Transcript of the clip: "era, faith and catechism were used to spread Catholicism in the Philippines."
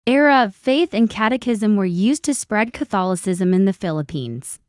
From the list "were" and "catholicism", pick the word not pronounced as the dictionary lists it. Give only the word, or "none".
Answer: none